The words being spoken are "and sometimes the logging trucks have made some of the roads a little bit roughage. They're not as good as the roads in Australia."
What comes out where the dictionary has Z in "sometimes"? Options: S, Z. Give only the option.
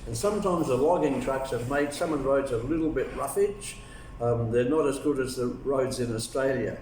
Z